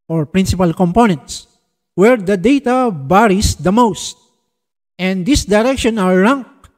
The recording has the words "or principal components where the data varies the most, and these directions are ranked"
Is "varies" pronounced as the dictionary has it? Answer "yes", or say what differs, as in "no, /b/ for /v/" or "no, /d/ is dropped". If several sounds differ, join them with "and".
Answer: no, /b/ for /v/